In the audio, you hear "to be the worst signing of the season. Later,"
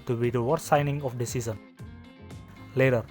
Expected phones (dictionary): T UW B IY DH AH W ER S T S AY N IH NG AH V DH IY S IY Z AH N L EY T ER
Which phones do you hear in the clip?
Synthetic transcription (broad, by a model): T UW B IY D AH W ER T S AY N IH NG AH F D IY S IY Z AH N L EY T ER